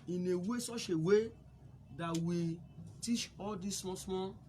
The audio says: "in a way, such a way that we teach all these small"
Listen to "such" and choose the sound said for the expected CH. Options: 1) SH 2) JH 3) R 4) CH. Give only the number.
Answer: 1